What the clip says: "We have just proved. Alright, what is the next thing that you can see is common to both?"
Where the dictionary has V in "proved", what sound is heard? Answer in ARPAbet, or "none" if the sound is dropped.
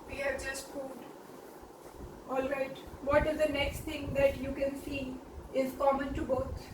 none